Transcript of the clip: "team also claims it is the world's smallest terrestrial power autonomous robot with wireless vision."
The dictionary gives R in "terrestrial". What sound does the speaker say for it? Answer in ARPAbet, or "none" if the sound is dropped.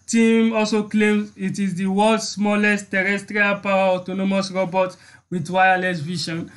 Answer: R